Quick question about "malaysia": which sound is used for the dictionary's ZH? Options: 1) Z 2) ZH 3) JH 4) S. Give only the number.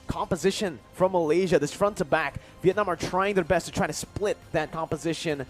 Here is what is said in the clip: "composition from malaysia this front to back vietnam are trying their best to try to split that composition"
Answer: 2